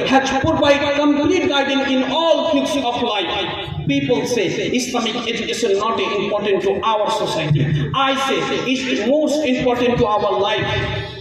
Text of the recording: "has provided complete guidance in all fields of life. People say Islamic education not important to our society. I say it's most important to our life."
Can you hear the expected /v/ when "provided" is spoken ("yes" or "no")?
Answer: no